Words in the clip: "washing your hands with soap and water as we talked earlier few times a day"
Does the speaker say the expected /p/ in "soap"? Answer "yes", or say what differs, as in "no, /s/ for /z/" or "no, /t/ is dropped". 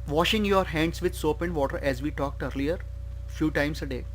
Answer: yes